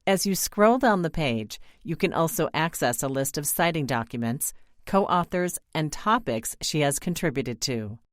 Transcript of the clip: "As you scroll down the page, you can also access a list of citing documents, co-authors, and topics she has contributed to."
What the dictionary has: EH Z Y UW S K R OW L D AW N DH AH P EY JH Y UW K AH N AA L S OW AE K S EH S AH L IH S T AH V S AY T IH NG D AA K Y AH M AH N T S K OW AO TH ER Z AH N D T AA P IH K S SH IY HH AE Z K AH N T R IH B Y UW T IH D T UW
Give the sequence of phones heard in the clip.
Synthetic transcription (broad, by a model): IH Z Y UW S K R OW L D AW N DH AH P EY JH Y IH K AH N AA L S OW AE K S EH S AH L IH S T AH V S AY T IH NG D AA K Y AH M AH N T S K OW AO TH ER Z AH N T AA P IH K S SH IY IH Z K AH N T R IH B Y UW T IH D T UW